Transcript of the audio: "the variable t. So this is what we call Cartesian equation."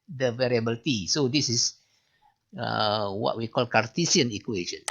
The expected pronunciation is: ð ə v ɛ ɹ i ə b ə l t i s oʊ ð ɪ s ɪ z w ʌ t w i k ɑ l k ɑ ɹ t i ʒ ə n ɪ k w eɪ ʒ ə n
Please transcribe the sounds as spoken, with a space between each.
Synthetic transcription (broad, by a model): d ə v ɛ ɹ i ə b ə l t i s oʊ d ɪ s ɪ s w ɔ t w i k ɑ l k ɑ ɹ t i s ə n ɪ k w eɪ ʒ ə n